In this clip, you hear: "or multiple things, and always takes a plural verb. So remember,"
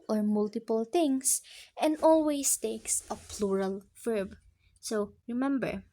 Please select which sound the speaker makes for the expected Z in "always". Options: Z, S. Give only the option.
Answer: S